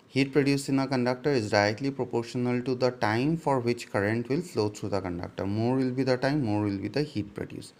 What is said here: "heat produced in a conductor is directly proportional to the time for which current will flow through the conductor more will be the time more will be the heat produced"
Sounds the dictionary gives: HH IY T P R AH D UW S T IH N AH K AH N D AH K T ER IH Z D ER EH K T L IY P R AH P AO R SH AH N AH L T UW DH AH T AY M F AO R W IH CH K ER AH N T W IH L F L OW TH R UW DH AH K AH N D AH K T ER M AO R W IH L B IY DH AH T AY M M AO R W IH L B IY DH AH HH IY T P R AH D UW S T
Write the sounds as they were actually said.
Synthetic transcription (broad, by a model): HH IY T P R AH D UW S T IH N AH K AH N D AH K T ER IH Z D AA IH T L IY P R AH P AO R SH AH N AH L T UW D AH T AY M F AO R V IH CH K ER AH N T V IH L F L OW T R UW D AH K AH N D AH K T ER M AO R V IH L B IY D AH T AY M M AO R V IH L B IY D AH HH IY T P R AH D UW S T